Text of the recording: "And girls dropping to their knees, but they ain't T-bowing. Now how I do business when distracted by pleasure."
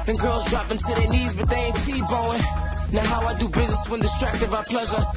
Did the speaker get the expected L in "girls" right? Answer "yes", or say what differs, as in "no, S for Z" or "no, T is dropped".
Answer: yes